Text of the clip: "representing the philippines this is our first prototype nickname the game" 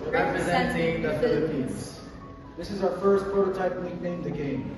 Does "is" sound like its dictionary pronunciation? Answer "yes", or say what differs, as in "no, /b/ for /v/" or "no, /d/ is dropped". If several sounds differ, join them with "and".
yes